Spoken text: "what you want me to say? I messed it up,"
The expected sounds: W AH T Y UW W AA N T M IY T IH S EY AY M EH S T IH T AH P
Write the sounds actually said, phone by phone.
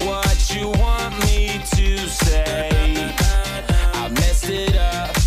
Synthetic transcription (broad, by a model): W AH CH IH W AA N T M IY T IH S EY AY M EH S IH T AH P